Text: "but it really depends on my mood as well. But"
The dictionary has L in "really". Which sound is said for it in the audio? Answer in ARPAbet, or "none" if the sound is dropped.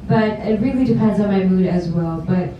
L